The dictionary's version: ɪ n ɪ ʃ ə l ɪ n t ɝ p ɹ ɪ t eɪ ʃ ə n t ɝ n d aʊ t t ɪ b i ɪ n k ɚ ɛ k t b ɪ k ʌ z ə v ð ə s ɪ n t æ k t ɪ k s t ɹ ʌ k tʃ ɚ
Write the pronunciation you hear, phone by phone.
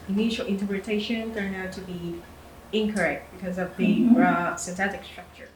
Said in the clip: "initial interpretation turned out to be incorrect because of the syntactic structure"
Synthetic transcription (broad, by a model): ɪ n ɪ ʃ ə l ɪ n t ɝ p ɹ ɪ t eɪ ʃ ə n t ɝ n aʊ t t ɪ b i ɪ n k ɚ ɛ k t b ɪ k ʌ z ə v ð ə s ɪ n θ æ t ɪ k s t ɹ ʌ k tʃ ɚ